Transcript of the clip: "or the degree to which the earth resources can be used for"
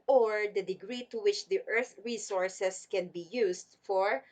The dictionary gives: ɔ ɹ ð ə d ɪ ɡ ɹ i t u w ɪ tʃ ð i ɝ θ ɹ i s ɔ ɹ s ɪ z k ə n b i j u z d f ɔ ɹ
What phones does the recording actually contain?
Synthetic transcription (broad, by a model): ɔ ɹ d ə d ɪ ɡ ɹ i t u w ɪ tʃ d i ɝ θ ɹ i s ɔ ɹ s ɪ s k ə n b i j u s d f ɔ ɹ